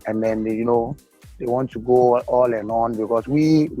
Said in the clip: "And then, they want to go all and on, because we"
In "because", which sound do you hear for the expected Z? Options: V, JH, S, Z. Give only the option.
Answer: S